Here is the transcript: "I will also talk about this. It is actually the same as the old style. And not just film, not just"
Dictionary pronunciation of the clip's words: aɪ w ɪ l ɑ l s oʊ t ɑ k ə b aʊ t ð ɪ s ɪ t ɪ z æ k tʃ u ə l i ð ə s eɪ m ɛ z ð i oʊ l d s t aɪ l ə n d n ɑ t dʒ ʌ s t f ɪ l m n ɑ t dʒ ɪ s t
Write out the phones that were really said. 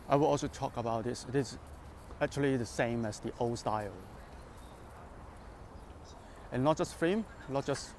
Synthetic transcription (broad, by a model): aɪ w ɪ l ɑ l s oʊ t ɑ k ə b aʊ t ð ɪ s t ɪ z æ k tʃ u ə l i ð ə s eɪ m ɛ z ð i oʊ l s t aɪ l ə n n ɑ t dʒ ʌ s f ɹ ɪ m n ɑ t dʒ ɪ s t